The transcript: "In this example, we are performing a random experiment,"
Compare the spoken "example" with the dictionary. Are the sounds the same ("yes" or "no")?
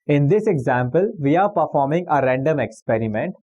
yes